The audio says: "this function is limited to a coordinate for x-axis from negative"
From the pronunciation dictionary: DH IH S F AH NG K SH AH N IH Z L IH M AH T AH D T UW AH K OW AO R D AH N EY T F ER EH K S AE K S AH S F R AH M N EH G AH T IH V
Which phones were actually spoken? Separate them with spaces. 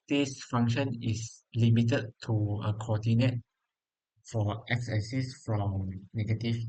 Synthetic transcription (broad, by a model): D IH S F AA NG K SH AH N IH S L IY M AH T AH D T UW AH K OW AO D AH N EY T F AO EH K S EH S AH S F R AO M N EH G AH T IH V